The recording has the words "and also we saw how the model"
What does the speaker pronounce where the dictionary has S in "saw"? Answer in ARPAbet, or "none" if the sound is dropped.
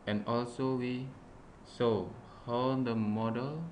S